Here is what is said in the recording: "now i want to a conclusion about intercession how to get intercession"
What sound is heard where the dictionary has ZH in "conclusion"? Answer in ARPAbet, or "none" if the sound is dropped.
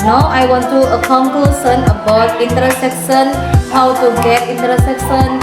S